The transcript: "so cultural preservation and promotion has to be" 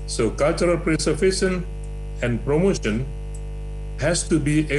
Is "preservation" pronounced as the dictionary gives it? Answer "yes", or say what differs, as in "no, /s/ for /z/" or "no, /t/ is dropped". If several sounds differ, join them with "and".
no, /s/ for /z/ and /f/ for /v/